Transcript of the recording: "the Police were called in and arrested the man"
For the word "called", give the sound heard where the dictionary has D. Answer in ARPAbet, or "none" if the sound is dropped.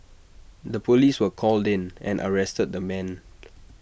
D